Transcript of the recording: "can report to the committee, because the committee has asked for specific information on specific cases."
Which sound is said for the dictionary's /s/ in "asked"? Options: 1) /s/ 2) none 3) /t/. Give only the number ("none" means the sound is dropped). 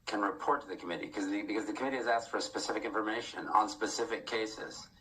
1